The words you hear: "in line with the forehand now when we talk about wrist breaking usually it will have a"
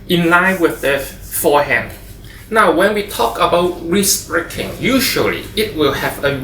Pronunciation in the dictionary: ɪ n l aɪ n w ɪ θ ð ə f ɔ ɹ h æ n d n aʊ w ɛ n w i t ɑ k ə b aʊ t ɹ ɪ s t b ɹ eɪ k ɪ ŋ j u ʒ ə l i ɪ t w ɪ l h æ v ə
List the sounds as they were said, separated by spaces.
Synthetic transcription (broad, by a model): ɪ n l aɪ n w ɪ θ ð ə f ɔ h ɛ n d n aʊ w ɛ n w i t ɑ k ə b aʊ t ɹ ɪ s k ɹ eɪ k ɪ ŋ j u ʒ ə l i ɪ t w ɪ l h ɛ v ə